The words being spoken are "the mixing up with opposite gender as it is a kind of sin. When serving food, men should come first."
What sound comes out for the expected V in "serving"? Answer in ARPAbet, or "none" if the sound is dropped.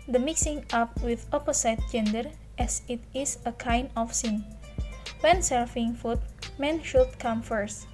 F